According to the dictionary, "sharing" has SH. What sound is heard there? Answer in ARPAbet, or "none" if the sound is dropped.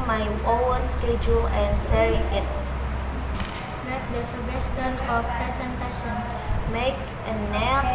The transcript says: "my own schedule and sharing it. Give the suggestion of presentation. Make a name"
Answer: S